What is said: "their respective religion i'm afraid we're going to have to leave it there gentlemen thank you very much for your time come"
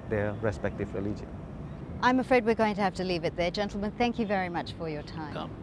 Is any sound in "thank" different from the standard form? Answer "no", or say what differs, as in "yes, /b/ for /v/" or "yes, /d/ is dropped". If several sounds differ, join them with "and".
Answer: no